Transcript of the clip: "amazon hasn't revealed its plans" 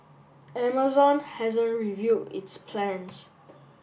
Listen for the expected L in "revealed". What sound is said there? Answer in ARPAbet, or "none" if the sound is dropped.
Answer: none